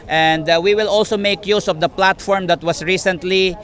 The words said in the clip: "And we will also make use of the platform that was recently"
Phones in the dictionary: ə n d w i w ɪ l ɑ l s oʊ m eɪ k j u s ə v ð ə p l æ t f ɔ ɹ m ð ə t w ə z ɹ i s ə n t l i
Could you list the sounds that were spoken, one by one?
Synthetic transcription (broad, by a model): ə n d w i w ɪ l ɑ l s oʊ m eɪ k j u s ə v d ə p l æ t f ɔ ɹ m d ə t w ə s ɹ i s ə n t l i